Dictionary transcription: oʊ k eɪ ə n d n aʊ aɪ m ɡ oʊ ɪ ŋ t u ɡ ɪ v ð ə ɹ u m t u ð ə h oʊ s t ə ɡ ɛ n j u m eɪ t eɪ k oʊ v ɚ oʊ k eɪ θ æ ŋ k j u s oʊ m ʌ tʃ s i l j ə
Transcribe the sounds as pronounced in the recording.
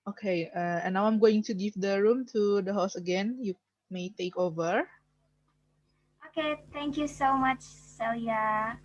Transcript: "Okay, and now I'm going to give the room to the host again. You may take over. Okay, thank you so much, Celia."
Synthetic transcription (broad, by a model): oʊ k eɪ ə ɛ n aʊ aɪ m ɡ oʊ ɪ ŋ t u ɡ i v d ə ɹ u m t u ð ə h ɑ s ə ɡ ɛ n j u m eɪ t eɪ k oʊ v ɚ oʊ k eɪ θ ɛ ŋ k j u s oʊ m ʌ tʃ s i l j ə